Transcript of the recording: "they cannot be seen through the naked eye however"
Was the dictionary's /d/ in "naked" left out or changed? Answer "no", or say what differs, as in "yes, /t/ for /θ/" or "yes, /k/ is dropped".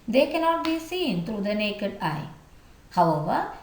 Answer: no